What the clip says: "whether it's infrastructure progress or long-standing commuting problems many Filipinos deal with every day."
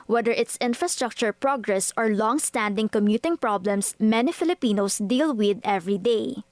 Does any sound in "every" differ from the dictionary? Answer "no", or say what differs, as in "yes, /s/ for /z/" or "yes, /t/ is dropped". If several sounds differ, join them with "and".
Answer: no